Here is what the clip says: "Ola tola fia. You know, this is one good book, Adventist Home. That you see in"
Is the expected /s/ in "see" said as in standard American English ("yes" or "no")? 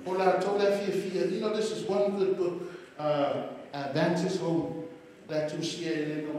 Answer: no